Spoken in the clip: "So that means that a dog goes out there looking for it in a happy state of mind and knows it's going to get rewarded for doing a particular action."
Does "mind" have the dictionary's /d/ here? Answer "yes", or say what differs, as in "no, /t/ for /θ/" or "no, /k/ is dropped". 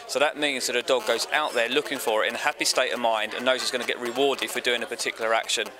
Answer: yes